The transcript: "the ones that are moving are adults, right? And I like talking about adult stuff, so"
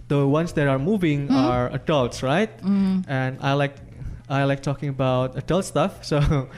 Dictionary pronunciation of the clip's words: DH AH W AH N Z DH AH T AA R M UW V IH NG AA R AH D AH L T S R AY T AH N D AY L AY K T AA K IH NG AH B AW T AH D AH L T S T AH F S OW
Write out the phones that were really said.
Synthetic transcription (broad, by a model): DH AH W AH N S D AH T AA R M UW V IH NG AA R AH D AH L T S R AY T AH N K AY L AY K T AA K IH NG AH B AW T AH D AH L T S T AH F S OW